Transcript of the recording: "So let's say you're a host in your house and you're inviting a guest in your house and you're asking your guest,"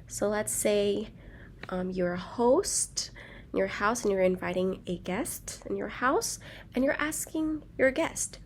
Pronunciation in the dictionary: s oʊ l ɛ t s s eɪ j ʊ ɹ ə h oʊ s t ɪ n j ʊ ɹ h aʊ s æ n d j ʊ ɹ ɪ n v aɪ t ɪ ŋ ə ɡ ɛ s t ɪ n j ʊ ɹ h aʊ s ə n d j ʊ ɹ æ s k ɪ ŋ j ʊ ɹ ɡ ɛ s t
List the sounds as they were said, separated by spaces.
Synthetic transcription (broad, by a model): s oʊ l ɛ t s s eɪ j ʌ ɹ h oʊ s t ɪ n j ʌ ɹ h aʊ s n j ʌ ɹ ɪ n v aɪ t ɪ ŋ ə ɡ ɛ s t ɪ n j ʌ ɹ h aʊ s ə n j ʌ ɹ æ s k ɪ ŋ j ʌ ɹ ɡ ɛ s t